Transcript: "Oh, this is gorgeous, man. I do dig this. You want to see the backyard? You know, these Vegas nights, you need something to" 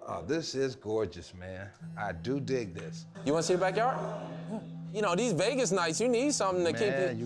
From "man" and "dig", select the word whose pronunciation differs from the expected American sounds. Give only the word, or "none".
none